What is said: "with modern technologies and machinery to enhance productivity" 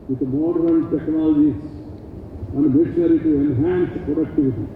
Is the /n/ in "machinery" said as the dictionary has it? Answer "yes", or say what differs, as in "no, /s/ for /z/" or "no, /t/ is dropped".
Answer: no, /n/ is dropped